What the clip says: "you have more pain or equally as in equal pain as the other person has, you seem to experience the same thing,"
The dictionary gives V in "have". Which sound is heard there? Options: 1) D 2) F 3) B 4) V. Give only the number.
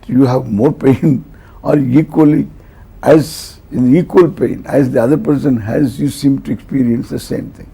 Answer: 4